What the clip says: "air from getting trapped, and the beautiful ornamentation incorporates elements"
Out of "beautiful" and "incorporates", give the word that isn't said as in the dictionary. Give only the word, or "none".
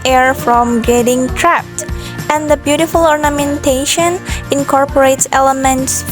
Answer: none